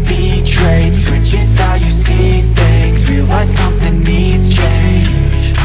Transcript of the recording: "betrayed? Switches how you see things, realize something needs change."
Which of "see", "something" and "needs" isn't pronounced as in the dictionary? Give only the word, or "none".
none